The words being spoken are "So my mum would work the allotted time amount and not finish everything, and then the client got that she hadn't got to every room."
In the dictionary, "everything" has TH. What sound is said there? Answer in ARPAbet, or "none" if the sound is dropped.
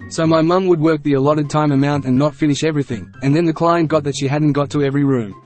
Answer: TH